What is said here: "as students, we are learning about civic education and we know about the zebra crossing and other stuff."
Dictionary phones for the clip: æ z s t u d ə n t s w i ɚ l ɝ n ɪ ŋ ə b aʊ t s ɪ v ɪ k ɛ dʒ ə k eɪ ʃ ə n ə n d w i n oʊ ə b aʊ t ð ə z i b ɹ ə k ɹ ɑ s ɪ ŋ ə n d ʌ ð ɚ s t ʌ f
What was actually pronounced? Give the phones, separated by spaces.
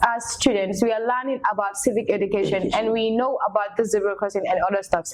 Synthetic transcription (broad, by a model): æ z s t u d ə n t s w i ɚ l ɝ n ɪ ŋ ə b aʊ t s ɪ v ɪ k ɛ dʒ ə k eɪ ʃ ə n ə n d w i n oʊ ə b aʊ t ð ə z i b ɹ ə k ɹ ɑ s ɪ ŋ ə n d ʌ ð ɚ s t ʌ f